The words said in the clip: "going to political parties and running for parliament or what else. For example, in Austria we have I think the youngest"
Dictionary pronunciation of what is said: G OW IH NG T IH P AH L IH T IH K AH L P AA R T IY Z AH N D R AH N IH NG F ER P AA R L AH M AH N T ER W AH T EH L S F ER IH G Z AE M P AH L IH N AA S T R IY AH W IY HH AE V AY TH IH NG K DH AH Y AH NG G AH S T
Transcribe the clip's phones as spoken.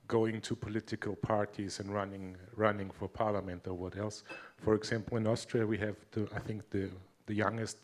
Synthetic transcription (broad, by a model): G OW IH NG T IH P AH L IH T IH K AH L P AA R T IY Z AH N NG R AH N IH NG F ER P AA R L AH M AH N T ER W AH T EH L S F ER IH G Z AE M P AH L IH N AA S T R IY AH W IY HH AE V AY TH IH NG K DH AH Y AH NG G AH S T